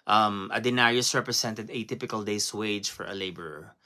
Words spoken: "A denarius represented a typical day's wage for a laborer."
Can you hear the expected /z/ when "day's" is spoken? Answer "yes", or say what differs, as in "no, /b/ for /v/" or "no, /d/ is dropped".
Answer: no, /s/ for /z/